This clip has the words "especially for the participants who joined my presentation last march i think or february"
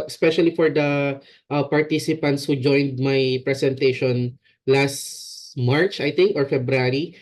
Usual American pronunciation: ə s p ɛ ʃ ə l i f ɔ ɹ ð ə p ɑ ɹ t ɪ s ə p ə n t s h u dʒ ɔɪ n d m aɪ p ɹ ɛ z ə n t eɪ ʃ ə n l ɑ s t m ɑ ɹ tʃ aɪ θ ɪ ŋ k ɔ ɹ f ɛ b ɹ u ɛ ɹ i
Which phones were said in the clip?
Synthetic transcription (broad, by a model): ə s p ɛ ʃ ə l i f ɔ ɹ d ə p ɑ ɹ t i s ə p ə n t s h u dʒ ɔɪ n d m aɪ p ɹ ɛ s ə n t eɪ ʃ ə n l ɑ s t m ɑ ɹ tʃ aɪ t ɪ ŋ k ɔ ɹ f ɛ b ɹ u ɹ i